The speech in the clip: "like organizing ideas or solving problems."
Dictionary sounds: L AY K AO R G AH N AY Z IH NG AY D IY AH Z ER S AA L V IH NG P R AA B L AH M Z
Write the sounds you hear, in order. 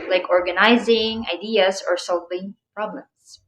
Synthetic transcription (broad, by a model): L AY K AO R G AH N AY Z IH NG AY D IY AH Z ER S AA L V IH NG P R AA B L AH M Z